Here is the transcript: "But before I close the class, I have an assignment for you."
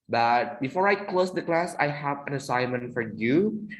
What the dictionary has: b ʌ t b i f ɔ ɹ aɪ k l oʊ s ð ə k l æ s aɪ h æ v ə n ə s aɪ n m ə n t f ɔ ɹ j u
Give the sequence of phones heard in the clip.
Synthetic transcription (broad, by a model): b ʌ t b i f ɔ ɹ aɪ k l oʊ s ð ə k l æ s aɪ h æ v ə n ə s aɪ n m ə n t f ɔ ɹ j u